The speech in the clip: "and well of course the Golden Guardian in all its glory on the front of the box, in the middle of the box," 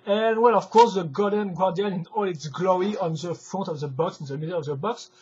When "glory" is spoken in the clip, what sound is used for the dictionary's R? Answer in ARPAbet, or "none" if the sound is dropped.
none